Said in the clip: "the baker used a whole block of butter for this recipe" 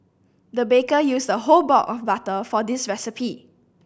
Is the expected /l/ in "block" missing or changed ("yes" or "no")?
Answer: yes